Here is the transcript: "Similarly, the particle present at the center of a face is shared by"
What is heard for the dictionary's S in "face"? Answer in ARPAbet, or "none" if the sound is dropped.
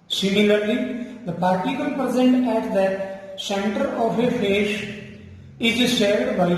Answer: SH